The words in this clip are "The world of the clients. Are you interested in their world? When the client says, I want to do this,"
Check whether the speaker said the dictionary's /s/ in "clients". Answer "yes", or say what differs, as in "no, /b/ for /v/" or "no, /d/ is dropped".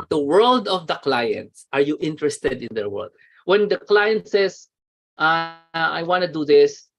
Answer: yes